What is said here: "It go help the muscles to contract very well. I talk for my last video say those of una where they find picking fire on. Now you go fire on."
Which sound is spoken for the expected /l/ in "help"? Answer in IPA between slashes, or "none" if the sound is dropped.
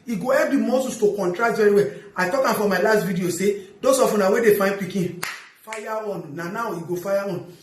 none